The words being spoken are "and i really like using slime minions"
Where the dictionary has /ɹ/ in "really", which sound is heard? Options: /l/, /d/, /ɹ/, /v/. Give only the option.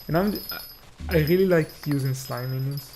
/ɹ/